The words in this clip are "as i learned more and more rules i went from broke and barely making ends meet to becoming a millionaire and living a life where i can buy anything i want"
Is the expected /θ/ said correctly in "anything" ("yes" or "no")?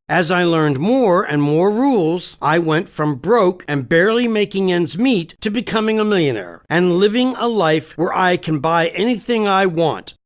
yes